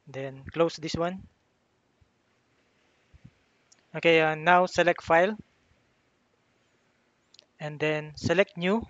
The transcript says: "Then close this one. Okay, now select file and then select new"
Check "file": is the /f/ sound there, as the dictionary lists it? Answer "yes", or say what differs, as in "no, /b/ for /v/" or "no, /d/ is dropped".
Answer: yes